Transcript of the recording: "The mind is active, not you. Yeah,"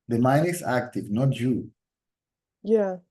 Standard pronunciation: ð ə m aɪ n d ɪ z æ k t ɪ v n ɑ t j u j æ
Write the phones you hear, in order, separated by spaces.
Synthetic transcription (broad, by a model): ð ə m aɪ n ɪ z æ k t ɪ v n ɑ t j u j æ